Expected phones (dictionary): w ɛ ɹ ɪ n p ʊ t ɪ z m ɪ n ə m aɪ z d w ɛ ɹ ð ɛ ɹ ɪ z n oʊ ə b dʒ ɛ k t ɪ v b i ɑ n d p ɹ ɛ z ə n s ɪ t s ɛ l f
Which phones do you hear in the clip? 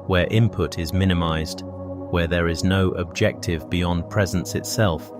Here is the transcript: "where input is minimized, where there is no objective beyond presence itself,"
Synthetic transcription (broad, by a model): w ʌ ɹ ɪ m p ʊ t ɪ z m ɪ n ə m aɪ z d w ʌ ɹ ð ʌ ɹ ɪ z n oʊ ə b dʒ ɛ k t ɪ v b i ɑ n p ɹ ɛ z ə n s ɪ t s ɛ l f